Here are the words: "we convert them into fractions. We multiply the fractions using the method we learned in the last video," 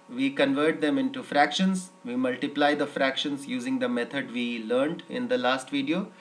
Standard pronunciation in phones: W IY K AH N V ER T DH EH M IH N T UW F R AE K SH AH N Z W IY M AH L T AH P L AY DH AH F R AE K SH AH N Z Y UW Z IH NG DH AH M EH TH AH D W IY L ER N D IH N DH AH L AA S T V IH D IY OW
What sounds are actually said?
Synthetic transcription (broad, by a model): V IY K AH N V ER T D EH M IH N T UW F R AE K SH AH N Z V IY M AH L T AH P L AY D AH F R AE K SH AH N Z Y UW Z IH NG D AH M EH T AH D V IY L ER N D IH N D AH L AA S T V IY D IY OW